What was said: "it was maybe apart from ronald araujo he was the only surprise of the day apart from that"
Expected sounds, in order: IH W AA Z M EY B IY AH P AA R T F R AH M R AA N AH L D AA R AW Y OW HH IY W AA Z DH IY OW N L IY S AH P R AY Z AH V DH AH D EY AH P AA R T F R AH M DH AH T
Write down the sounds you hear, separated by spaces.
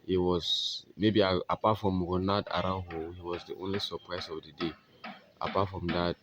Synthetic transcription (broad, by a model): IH W AA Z M EY B IY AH P AA T F R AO M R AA N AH D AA R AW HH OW HH IY W AA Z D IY OW N L IY S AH P R AY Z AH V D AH D EY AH P AA T F R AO M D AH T